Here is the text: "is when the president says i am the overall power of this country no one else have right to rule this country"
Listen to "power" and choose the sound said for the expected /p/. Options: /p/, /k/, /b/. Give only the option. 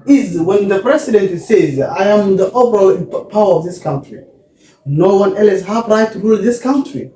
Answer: /p/